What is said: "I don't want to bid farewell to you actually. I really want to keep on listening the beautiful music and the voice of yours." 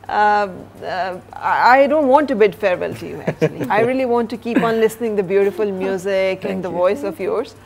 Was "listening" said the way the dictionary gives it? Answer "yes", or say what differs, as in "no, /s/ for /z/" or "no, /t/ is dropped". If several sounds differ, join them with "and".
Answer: yes